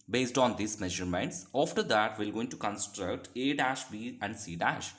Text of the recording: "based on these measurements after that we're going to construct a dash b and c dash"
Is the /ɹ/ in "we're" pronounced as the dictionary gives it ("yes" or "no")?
no